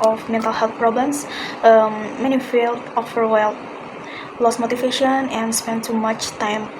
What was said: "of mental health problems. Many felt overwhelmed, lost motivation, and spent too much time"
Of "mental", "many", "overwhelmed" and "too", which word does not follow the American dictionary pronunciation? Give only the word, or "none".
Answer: overwhelmed